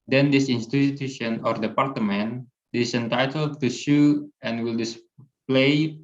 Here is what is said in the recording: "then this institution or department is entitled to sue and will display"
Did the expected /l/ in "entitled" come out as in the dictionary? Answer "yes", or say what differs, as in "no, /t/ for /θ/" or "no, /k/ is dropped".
yes